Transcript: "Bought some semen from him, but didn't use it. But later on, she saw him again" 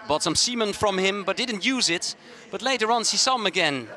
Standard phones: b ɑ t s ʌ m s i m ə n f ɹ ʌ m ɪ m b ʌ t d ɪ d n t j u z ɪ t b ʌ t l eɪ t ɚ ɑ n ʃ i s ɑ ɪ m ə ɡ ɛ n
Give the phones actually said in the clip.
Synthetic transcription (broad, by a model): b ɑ t s ʌ m s i m ə n f ɹ ʌ m ɪ m b ʌ t d ɪ d n t j u z ɪ t b ʌ t l eɪ t ɚ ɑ n s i s ɪ m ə ɡ ɛ n